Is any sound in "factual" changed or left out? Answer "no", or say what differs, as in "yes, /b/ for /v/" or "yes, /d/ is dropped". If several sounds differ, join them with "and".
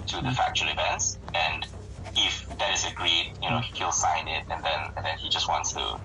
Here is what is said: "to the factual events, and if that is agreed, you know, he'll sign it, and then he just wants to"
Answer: yes, /n/ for /l/